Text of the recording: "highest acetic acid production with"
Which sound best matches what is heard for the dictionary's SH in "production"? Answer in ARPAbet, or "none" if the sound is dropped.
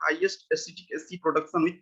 S